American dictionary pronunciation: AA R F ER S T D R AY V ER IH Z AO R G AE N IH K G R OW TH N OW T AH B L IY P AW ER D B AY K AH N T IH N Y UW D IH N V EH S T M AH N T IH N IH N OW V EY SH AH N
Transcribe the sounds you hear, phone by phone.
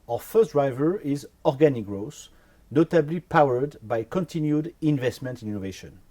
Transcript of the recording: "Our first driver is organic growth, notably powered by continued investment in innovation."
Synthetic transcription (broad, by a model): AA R F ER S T D R AY V ER IH Z AO R G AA N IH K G R OW S N OW T AH B L IY P AW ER D B AY K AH N T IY N Y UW D IH N V EH S T M AH N T IH N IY N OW V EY SH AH N